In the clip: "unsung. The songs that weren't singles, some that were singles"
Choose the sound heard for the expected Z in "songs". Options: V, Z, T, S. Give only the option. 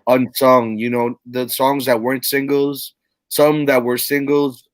Z